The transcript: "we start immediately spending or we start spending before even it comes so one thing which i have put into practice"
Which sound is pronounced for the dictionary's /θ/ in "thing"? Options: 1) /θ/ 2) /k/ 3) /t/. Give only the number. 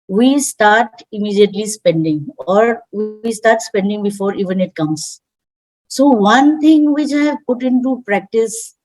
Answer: 3